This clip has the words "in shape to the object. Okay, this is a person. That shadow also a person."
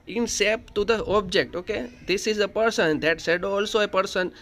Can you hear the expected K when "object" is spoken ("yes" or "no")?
yes